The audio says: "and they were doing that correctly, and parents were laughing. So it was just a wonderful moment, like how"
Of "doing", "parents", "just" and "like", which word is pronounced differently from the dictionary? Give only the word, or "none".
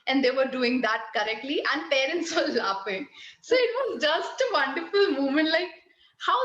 none